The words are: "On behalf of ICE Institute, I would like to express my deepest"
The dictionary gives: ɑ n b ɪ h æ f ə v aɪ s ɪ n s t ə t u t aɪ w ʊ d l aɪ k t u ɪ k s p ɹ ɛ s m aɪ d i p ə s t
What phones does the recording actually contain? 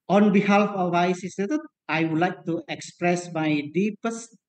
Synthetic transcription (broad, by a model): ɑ n b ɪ h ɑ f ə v aɪ s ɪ s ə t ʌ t aɪ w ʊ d l aɪ k t u ɪ k s p ɹ ɛ s m aɪ d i p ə s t